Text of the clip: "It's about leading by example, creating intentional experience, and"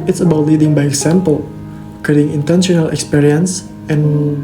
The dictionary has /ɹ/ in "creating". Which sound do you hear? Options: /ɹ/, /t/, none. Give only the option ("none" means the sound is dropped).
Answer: none